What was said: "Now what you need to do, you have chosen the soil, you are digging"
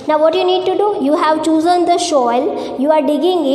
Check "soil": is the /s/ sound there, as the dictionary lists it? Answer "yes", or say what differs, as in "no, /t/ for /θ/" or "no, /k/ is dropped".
no, /ʃ/ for /s/